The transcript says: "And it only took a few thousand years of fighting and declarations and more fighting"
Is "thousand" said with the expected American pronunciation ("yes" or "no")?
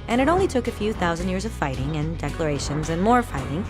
yes